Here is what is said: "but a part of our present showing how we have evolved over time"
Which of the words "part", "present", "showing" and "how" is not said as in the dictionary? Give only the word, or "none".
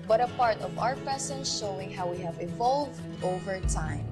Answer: present